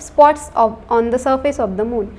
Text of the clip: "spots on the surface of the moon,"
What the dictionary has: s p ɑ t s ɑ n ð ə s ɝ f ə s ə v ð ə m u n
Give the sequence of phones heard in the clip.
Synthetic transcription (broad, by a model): s p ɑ t s ɑ n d ə s ɝ f ə s ə v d ə m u n